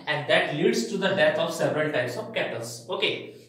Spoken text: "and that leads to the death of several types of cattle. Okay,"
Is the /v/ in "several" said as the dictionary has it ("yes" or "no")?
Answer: yes